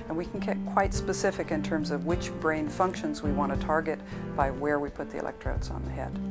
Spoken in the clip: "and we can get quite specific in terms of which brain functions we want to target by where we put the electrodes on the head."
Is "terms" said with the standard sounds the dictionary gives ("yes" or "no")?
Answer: yes